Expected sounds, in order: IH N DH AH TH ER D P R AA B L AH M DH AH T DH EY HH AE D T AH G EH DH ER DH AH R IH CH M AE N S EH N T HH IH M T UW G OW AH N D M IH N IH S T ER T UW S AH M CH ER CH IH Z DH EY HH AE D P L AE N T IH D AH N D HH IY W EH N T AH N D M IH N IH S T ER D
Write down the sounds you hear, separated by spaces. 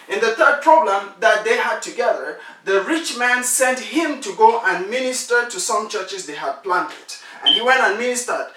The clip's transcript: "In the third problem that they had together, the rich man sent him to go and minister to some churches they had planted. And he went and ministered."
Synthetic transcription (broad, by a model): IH N DH AH TH ER D P R AA B L AH M DH AH T DH EY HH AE D T AH G EH DH ER DH AH R IH CH M AE N S EH N T HH IH M T UW G OW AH N M IH N IH S T ER T UW S AH M CH ER CH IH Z DH EY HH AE D P L AE N T IH D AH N HH IY W EH N T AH N M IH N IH S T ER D